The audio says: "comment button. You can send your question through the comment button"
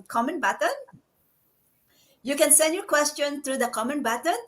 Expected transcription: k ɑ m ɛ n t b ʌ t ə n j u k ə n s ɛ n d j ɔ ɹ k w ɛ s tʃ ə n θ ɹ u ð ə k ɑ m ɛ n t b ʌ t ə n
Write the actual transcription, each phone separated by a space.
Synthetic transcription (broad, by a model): k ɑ m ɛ n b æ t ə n j u k ə n s ɛ n d j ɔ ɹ k w ɛ s tʃ ə n t ɹ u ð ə k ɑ m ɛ n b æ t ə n